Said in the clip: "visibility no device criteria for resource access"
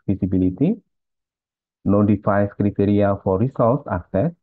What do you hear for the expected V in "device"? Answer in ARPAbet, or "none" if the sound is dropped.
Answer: F